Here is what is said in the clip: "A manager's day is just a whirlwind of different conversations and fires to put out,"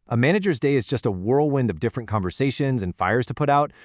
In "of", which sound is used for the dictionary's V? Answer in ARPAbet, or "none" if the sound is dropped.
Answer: V